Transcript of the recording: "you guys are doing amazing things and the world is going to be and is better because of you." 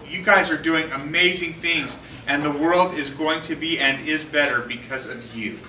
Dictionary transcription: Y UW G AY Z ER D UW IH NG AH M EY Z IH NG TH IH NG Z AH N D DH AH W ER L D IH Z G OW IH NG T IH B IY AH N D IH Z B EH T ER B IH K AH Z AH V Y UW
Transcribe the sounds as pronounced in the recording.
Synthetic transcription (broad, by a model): Y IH G AY Z ER D UW IH NG AH M EY Z IH NG TH IH NG Z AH N DH AH W ER L D IH Z G OW IH NG T IH B IY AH N IH Z B EH T ER B IH K AH Z AH V Y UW